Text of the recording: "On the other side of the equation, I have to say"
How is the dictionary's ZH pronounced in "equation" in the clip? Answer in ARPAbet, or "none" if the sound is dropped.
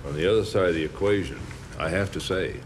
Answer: ZH